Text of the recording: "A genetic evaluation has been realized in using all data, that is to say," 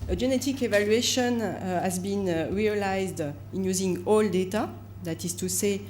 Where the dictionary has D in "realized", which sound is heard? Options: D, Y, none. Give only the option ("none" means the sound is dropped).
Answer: D